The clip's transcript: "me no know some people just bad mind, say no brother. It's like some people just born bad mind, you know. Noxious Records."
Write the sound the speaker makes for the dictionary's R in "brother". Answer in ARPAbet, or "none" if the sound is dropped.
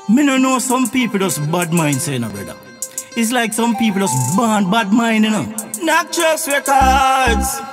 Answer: none